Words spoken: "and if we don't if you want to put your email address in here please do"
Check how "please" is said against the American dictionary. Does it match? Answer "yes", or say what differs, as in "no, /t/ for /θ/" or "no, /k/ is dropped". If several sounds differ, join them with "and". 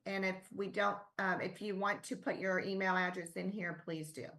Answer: yes